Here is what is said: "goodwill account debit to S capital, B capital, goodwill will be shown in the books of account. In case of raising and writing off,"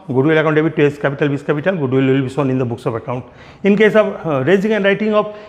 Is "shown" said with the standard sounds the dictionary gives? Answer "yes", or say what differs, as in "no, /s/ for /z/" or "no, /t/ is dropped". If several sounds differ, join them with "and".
no, /s/ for /ʃ/